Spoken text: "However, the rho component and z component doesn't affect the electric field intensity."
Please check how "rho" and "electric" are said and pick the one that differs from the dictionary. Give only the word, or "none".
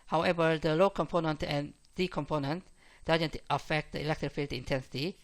rho